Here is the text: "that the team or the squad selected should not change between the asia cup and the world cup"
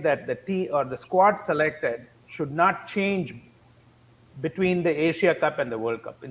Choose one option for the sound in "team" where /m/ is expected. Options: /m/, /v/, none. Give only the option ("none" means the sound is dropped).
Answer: none